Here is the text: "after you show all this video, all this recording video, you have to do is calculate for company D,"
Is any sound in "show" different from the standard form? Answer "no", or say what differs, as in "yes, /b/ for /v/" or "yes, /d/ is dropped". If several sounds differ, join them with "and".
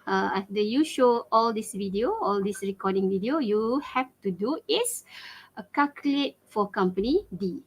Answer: no